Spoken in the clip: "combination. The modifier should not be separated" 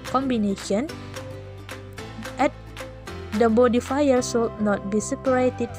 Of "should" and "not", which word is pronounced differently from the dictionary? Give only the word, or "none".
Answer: should